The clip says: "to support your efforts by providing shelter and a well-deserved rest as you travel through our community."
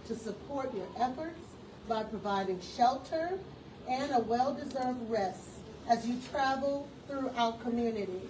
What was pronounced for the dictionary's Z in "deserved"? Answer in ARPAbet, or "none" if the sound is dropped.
Z